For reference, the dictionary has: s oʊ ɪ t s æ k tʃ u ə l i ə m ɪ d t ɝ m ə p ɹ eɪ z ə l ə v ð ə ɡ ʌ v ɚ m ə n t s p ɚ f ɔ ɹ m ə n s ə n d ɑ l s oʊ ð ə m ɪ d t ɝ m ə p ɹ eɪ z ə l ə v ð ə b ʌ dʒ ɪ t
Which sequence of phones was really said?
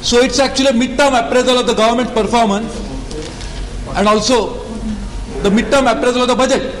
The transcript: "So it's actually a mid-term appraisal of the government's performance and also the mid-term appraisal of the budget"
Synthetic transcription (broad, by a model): s oʊ ɪ t s æ k tʃ u ə l i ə m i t t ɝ m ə p ɹ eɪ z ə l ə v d ə ɡ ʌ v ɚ m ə n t p ɚ f ɔ ɹ m ə n s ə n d ɑ l s oʊ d ə m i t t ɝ m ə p ɹ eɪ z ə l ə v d ə b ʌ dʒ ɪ t